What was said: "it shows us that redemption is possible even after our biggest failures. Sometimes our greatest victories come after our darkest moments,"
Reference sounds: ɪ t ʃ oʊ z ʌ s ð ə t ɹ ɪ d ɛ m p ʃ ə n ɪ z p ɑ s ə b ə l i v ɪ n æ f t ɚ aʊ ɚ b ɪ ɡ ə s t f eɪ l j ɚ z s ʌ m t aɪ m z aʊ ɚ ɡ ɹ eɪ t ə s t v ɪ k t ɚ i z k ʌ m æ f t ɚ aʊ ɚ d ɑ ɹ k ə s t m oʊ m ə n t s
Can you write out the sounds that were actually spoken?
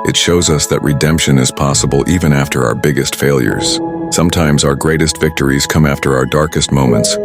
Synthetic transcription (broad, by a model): ɪ t ʃ oʊ z ʌ s ð ə t ɹ ɪ d ɛ m p ʃ ə n ɪ z p ɑ s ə b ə l i v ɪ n æ f t ɚ aʊ ɚ b ɪ ɡ ə s t f eɪ l j ɚ z s ʌ m t aɪ m z aʊ ɚ ɡ ɹ eɪ t ə s t v ɪ k t ɚ i z k ʌ m æ f t ɚ aʊ ɚ d ɑ ɹ k ə s t m oʊ m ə n t s